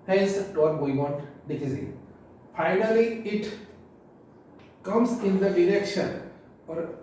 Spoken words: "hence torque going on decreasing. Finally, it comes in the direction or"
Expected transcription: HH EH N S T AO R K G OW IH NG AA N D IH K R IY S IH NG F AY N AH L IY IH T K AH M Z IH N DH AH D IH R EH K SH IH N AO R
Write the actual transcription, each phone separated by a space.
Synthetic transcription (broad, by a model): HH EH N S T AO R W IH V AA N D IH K IY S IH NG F AY N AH L IY IH T K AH M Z IH N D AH D IH R EH K SH IH N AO R